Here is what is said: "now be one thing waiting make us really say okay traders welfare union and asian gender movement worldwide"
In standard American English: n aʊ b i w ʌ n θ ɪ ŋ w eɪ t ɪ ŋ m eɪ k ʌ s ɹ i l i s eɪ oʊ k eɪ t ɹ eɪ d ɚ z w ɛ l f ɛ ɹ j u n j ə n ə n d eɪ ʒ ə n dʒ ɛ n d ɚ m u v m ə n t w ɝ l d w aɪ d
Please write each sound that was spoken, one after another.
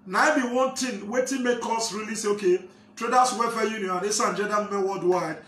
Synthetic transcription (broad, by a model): n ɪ b i w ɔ n t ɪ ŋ w eɪ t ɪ m eɪ k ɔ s ɹ i l i s eɪ oʊ k eɪ t ɹ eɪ d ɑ s w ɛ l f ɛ j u n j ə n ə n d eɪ s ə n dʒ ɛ d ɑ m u m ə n w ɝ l d w aɪ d